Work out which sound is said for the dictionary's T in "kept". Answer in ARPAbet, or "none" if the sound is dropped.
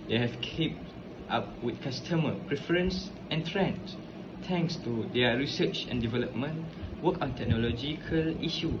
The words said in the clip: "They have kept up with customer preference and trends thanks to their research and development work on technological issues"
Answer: T